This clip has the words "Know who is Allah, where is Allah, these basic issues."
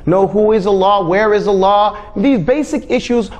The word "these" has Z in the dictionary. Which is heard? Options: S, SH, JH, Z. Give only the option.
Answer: Z